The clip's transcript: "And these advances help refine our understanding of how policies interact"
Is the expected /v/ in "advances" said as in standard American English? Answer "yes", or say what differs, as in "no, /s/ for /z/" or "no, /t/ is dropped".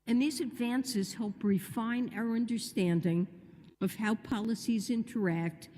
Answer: yes